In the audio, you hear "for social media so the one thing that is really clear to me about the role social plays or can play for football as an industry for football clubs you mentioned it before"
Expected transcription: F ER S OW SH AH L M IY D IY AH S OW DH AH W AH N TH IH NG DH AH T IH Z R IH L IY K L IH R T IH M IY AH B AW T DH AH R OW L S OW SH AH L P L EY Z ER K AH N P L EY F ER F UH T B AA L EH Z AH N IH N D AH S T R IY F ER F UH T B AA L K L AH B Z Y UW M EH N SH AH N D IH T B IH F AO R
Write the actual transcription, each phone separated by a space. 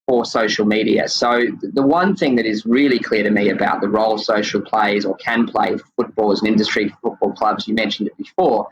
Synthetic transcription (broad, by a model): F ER S OW SH L M IY D IY AH S OW DH AH W AH N TH IH NG DH AH T IH Z R IH L IY K L IH R T IH M IY AH B AW T DH AH R OW L S OW SH L P L EY Z ER K AH N P L EY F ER F UH T B AA L Z AH N IH N D AH S T R IY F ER F UH T B AA L K L AH B Z Y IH M EH N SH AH N D IH T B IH F AO R